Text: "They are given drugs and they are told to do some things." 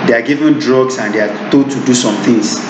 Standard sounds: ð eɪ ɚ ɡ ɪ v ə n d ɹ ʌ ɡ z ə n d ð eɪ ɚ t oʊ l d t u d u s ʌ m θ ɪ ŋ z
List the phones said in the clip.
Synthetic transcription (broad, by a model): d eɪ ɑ ɡ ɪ v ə n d ɹ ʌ ɡ s ə n d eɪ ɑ t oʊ d t u d u s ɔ m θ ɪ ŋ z